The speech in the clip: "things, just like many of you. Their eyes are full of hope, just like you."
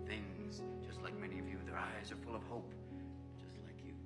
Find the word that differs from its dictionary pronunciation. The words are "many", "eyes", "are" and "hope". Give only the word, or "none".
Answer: none